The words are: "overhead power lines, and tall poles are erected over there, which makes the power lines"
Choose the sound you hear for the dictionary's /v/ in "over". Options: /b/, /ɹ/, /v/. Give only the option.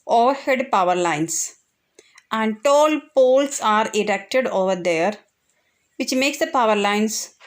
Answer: /v/